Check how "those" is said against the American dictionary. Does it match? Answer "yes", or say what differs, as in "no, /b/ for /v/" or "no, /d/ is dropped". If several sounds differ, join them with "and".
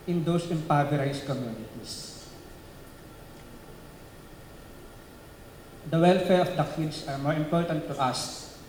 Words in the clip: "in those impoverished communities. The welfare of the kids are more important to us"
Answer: no, /s/ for /z/